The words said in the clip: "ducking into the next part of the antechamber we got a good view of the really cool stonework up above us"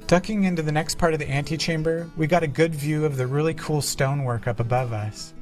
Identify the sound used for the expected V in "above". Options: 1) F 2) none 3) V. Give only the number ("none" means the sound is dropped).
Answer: 3